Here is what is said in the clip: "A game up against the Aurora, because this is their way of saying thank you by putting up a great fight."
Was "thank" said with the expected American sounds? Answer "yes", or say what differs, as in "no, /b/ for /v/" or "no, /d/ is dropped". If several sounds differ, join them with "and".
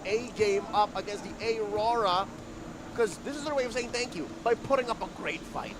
yes